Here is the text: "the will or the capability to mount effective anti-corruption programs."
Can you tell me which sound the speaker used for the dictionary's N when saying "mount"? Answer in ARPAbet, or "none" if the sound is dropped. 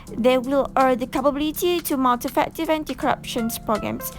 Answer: L